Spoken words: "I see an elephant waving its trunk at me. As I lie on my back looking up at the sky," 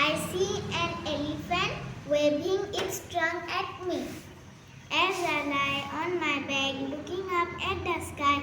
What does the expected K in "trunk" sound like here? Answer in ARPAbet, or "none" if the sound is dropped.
none